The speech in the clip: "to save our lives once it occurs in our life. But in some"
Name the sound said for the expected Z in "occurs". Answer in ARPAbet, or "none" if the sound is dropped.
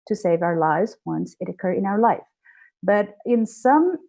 none